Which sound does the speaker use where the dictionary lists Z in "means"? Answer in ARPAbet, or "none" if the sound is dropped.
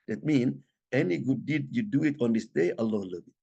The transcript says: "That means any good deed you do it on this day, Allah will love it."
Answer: none